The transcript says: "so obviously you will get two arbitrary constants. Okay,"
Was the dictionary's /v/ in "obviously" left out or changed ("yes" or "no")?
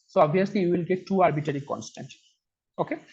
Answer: yes